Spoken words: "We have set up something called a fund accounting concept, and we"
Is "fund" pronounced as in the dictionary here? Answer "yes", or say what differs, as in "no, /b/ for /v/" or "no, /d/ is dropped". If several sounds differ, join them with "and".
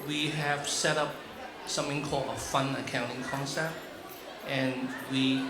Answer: no, /d/ is dropped